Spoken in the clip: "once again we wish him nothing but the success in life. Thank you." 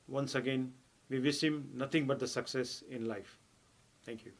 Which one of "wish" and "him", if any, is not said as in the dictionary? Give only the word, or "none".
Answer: wish